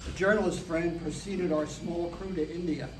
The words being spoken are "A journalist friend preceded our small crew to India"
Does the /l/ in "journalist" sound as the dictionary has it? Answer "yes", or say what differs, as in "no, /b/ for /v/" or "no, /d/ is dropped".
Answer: yes